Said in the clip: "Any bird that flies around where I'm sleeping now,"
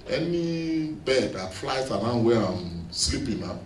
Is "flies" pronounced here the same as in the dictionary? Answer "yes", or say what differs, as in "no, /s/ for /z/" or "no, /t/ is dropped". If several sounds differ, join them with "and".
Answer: no, /s/ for /z/